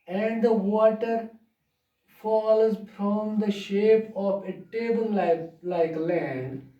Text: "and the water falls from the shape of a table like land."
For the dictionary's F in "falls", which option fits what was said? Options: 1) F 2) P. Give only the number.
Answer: 1